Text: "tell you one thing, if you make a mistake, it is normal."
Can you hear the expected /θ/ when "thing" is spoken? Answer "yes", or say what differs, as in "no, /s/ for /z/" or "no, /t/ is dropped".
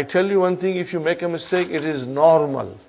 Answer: no, /t/ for /θ/